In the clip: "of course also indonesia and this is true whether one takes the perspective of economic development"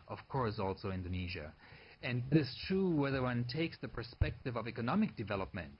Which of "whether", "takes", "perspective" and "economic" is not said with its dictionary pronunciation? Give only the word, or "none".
none